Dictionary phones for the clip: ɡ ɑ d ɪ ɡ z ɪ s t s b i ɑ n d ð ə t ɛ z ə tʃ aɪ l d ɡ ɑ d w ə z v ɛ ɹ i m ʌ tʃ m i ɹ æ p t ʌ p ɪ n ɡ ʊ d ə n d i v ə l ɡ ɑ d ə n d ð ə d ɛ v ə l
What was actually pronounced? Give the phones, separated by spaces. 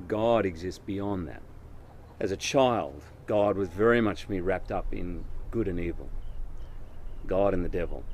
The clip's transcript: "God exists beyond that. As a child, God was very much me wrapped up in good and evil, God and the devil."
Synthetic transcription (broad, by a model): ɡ ɑ d ɪ ɡ z ɪ s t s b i ɑ n ð ə t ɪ z ə tʃ aɪ l d ɡ ɑ d w ə z v ɛ ɹ i m ʌ tʃ m i ɹ æ p t ʌ p ɪ n ɡ ʊ d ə n i v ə l ɡ ɑ d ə n ð ə d ɛ v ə l